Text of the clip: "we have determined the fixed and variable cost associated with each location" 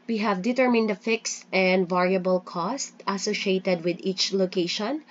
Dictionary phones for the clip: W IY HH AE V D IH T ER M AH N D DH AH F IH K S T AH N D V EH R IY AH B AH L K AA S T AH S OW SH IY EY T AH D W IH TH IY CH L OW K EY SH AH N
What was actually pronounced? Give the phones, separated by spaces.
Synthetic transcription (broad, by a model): W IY HH AE V D IH T ER M AH N D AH F IH K S T AH N D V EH R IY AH B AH L K AA S T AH S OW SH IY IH T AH D W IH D IY CH L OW K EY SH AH N